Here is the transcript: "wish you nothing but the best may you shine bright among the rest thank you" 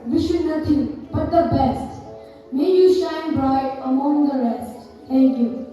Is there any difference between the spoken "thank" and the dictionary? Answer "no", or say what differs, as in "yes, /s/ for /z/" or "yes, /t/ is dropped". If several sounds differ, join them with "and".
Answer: yes, /t/ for /θ/